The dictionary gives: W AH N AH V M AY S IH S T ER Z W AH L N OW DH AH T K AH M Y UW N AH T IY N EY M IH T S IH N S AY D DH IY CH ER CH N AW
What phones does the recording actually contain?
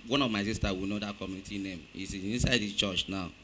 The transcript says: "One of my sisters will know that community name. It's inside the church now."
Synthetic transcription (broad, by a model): W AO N AH V M AY S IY S T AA W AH N OW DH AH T K AH M Y UW N AH T IY N EY M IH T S IH N S AY D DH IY CH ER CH N AW